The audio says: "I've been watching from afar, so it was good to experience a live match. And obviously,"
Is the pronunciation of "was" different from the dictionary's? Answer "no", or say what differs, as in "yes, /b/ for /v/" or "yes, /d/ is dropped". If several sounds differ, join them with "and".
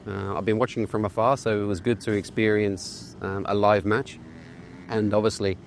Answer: no